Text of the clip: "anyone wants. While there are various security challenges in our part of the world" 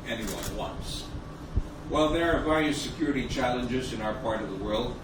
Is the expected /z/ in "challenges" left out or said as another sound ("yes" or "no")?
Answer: no